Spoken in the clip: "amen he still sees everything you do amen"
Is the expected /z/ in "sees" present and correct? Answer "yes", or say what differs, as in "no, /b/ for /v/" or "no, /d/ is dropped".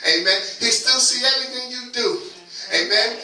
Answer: no, /z/ is dropped